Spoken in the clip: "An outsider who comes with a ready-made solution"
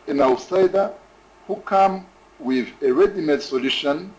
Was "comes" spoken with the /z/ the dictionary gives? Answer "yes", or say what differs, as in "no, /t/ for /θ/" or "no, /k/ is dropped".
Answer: no, /z/ is dropped